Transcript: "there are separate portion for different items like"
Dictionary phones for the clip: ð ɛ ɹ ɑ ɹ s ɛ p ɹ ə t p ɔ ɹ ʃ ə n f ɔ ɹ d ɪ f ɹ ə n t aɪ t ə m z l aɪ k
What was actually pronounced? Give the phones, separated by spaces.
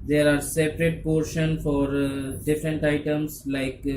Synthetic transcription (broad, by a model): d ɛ ɹ ɑ ɹ s ɛ p ɹ ə t p ɔ ɹ ʃ ə n f ɔ ɹ d ɪ f ɹ ə n t aɪ t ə m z l aɪ k